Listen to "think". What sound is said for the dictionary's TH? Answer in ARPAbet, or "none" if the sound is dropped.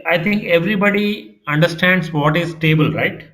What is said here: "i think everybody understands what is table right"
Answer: T